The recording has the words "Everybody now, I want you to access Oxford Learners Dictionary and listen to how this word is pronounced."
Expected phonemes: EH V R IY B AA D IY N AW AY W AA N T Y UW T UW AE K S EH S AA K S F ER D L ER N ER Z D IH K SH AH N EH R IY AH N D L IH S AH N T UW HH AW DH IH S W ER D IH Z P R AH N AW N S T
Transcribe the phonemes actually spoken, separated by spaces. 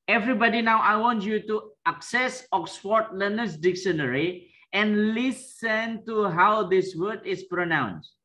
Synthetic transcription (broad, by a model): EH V R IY B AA D IY N AW AY W AA N T Y UW T UW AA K S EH S AA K S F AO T L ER N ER S D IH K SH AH N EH R IY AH N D L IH S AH N T UW HH AW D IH S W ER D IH S P R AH N AW N S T